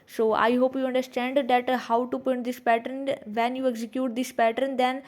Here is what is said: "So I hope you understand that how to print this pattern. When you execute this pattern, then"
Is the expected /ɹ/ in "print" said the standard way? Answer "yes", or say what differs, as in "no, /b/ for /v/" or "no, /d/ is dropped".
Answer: no, /ɹ/ is dropped